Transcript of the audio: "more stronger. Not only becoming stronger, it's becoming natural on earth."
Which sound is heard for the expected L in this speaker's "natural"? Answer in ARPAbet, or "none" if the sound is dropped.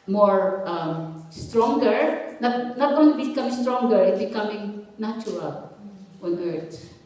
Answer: W